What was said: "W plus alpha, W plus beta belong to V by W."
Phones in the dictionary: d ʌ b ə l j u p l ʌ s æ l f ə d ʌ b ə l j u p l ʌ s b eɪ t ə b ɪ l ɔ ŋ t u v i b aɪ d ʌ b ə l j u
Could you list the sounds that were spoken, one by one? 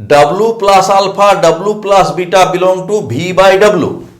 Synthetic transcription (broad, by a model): d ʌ b l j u p l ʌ s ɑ l p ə d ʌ b l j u p l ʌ s b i t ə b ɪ l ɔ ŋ t u b i b aɪ d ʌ b l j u